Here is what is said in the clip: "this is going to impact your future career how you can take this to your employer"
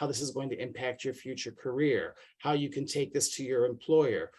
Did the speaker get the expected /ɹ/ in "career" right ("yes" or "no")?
yes